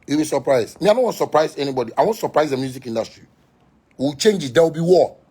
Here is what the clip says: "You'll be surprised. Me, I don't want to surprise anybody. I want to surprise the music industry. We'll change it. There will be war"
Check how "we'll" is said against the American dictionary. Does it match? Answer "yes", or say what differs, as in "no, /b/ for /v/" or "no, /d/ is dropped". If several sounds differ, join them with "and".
no, /w/ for /l/